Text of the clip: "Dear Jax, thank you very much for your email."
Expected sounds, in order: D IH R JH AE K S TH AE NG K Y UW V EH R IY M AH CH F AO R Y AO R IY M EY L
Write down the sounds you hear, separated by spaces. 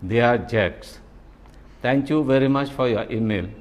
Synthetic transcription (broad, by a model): D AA R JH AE K S T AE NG K Y UW V EH R IY M AH CH F AO R Y AO R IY M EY L